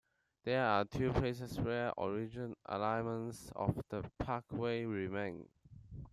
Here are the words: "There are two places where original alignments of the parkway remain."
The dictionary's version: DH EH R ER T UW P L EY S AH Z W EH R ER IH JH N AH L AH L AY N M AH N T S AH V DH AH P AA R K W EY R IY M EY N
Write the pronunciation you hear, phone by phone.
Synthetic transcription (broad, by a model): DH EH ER T UW P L EY S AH S W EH R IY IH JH AH N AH L AY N M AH N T S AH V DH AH P AA K W EY R IY M EY N